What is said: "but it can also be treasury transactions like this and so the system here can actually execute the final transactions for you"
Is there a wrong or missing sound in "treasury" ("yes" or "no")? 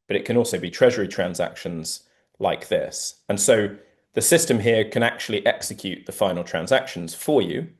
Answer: no